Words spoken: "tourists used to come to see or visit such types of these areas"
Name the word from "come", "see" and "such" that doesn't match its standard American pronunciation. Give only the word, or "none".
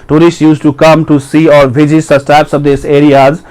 such